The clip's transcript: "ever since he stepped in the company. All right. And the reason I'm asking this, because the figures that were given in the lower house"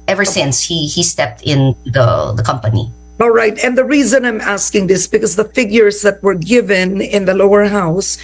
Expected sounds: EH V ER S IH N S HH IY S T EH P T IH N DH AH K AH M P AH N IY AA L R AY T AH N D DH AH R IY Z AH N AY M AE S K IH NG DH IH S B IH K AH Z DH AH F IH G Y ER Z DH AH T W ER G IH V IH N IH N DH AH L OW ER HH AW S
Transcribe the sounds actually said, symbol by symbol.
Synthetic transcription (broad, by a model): EH V ER S IH N S HH IY S T EH P T IH N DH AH K AH M P AH N IY AA L R AY T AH N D DH AH R IY Z AH N AY M AE S K IH NG DH IH S B IH K AH Z DH AH F IH G Y ER Z DH AH T W ER G IH V IH N IH N DH AH L OW ER HH AW S